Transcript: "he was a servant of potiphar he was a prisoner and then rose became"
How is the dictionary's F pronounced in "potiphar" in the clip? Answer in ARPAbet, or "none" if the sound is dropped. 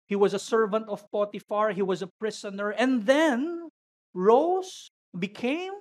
F